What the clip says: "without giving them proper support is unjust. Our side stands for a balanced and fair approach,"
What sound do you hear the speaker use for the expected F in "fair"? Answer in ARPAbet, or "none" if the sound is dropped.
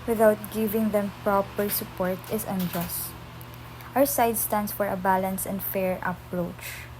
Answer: F